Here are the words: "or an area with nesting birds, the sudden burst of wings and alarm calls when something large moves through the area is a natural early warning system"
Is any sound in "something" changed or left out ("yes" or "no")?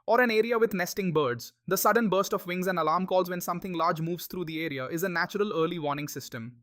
yes